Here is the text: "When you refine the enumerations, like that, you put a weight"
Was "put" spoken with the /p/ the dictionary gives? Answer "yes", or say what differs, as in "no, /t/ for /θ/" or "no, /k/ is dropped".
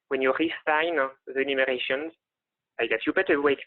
no, /b/ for /p/